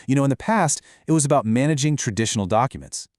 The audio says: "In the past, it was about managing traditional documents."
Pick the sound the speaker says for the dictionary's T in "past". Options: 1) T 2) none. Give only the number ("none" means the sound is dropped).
1